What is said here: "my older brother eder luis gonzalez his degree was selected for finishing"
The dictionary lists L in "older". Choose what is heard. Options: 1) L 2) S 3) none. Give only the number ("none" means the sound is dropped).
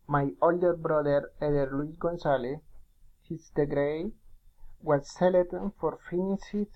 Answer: 1